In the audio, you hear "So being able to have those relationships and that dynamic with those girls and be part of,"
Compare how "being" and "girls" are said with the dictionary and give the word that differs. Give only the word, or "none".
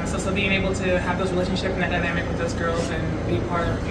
none